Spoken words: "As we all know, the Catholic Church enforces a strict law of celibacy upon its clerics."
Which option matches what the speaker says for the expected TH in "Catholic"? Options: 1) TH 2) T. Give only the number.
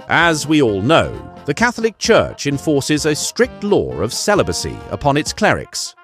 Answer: 1